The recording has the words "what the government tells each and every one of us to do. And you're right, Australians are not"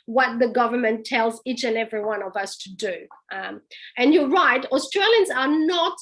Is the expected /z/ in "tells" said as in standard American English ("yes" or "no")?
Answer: yes